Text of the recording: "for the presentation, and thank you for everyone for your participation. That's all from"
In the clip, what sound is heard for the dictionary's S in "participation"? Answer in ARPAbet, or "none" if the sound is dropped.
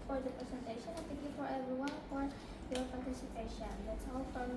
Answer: S